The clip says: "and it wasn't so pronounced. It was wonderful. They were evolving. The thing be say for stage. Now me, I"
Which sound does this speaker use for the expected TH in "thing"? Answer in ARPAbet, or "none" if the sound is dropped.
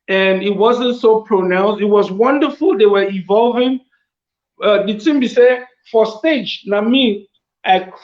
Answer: S